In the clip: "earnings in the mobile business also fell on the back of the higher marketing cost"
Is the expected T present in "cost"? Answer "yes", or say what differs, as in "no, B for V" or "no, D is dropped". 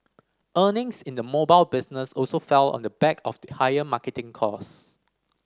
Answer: no, T is dropped